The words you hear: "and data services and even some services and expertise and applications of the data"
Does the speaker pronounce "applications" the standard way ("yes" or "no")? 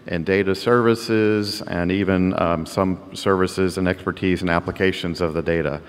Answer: yes